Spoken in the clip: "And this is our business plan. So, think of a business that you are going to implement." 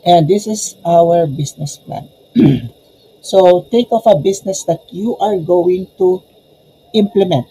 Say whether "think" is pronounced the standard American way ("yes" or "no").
no